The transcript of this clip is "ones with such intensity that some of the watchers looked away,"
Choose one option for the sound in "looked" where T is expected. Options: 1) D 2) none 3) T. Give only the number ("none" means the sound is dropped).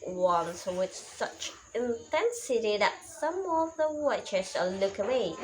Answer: 2